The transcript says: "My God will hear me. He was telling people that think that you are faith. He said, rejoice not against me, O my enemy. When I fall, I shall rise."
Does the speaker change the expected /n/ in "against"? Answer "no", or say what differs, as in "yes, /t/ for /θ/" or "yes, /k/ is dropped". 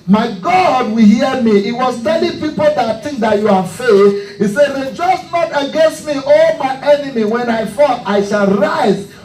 no